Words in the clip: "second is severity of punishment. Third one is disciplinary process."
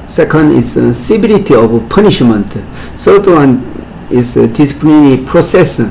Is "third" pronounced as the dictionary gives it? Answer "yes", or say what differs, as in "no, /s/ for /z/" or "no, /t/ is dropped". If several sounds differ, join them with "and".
no, /s/ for /θ/